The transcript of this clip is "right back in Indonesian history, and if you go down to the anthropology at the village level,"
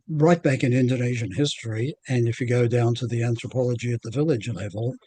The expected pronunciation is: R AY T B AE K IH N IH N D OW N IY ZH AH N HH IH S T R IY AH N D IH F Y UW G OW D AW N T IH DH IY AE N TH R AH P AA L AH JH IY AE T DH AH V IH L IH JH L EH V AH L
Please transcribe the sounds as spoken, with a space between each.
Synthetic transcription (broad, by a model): R AY T B AE K IH N IH N D OW N IY ZH AH N HH IH S T R IY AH N IH F Y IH G OW D AW N T IH DH IY AE N TH R AH P AA L AH JH IY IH T DH AH V IH L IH JH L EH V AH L